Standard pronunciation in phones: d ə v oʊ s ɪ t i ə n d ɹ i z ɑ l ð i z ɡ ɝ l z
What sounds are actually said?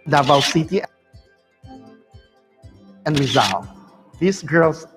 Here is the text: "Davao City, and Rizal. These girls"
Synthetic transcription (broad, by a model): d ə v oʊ s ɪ t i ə n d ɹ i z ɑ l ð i s ɡ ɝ l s